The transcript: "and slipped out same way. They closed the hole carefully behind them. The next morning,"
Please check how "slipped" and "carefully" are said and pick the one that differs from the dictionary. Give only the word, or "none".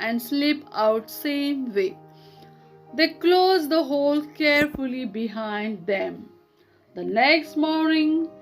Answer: slipped